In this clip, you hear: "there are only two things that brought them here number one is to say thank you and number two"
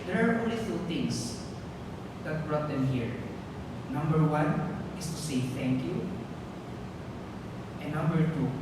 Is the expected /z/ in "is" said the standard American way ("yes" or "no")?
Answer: no